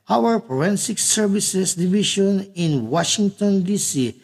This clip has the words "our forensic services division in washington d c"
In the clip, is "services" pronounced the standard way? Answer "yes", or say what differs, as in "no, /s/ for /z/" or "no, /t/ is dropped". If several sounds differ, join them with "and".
no, /s/ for /z/